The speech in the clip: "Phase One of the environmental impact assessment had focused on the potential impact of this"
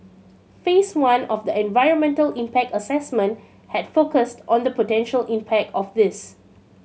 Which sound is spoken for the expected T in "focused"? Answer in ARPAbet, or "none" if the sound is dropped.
T